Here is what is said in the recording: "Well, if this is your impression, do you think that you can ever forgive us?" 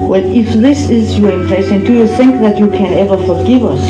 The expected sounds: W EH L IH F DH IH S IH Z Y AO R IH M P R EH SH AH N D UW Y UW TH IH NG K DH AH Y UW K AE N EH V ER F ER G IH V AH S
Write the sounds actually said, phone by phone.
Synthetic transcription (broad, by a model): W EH L IH F DH IH S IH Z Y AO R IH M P L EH S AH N D UW Y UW TH IH NG K DH AH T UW K AE N EH V ER F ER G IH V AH S